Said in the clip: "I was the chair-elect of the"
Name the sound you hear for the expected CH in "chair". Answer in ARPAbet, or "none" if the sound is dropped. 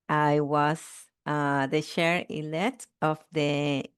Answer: SH